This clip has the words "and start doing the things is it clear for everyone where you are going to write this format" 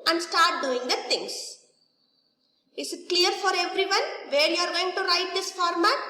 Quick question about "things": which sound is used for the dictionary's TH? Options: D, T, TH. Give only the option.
T